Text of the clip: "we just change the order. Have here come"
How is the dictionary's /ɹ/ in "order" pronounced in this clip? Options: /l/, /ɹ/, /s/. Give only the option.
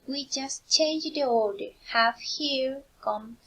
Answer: /l/